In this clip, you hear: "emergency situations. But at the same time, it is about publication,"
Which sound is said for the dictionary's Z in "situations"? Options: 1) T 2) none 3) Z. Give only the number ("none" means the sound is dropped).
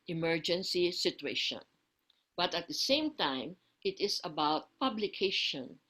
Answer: 2